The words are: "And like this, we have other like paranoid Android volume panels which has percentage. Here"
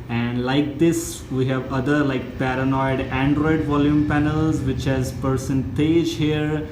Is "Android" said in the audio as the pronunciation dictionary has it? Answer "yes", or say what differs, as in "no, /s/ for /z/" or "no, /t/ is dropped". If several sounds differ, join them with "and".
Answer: yes